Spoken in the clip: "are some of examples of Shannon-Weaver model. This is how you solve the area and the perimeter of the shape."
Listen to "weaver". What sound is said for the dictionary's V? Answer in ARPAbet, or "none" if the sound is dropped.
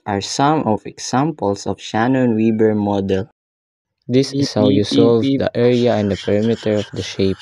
B